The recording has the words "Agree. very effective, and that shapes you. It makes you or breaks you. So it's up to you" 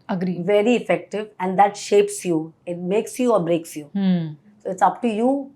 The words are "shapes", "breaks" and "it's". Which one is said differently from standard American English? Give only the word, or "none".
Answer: none